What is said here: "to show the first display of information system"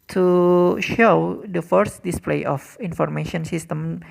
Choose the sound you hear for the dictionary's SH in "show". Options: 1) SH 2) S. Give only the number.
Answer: 1